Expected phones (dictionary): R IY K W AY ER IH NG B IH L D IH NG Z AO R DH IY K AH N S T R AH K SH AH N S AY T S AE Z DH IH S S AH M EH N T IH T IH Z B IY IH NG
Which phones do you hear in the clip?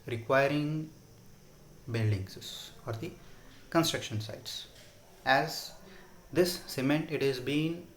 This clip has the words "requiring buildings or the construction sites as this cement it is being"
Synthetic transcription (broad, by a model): R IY K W AY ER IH NG B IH L D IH NG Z AO R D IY K AH N S T R AH K SH AH N S AY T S AE Z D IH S S AH M EH N T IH T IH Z B IY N